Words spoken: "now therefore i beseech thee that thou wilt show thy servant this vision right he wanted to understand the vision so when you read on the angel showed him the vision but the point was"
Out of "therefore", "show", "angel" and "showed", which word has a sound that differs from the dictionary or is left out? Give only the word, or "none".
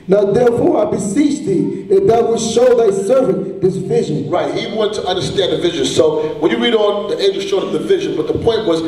angel